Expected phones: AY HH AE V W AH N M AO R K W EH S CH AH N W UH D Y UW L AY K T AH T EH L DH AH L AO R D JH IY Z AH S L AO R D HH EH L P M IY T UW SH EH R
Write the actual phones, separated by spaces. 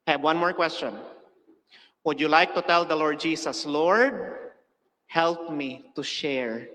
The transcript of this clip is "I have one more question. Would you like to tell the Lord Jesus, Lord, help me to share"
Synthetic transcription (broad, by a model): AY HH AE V W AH N M AO R K W EH S CH AH N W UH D Y UW L AY K T AH T EH L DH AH L AO R D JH IY S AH S L AO R D HH EH L P M IY T UW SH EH R